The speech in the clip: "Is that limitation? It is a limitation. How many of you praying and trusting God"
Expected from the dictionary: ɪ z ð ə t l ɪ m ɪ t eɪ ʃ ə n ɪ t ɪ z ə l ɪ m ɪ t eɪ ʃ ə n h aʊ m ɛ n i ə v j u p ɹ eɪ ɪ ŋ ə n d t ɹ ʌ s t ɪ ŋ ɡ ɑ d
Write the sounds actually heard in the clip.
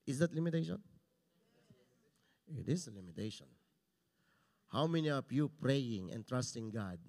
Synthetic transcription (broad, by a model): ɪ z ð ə t l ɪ m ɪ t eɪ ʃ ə n ɪ t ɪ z ə l ɪ m ɪ t eɪ ʃ ə n h aʊ m ɛ n i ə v j u p ɹ eɪ ɪ ŋ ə n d t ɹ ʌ s t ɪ ŋ ɡ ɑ d